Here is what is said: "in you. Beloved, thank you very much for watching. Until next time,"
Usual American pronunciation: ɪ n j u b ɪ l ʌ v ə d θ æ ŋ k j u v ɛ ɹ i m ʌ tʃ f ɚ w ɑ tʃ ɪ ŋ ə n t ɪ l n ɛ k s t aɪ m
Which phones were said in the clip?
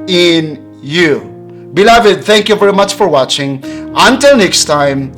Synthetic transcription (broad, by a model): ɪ n j u b ɪ l ʌ v ə d θ æ ŋ k j u v ɛ ɹ i m ʌ tʃ f ɚ w ɑ tʃ ɪ ŋ ə n t ɪ l n ɛ k s t aɪ m